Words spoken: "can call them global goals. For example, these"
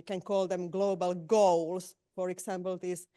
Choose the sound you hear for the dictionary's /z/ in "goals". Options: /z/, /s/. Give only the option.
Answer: /s/